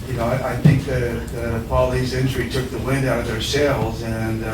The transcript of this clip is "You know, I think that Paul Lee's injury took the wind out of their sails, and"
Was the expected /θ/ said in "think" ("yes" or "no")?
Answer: yes